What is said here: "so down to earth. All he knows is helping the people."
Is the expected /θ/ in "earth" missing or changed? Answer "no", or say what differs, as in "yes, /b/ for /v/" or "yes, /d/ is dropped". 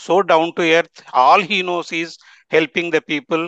yes, /t/ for /θ/